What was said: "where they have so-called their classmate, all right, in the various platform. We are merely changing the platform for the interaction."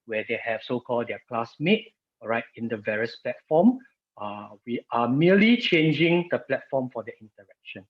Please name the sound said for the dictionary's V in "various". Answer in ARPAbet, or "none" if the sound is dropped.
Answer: V